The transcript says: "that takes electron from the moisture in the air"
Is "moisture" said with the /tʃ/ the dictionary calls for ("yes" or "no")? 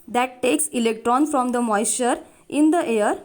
no